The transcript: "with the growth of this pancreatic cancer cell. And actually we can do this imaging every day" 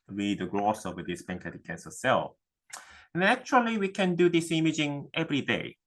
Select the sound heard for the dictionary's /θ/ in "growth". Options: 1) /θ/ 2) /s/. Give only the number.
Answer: 2